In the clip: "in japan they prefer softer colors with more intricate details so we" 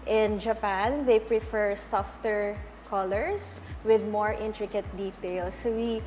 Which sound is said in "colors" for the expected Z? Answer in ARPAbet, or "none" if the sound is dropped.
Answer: S